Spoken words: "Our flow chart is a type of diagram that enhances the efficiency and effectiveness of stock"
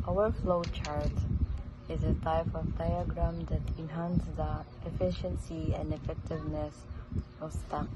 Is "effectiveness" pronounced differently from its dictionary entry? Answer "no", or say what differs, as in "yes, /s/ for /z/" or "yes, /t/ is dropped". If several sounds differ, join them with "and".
no